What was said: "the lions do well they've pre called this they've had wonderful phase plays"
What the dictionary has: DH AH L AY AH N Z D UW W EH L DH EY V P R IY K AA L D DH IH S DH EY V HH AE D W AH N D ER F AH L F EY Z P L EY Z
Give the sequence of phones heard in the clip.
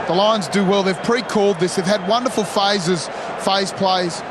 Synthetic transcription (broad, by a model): DH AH L AY AH N Z D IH W EH L DH EY V P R IY K AA L D DH IH S DH EY V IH D W AH N D ER F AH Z F EY Z P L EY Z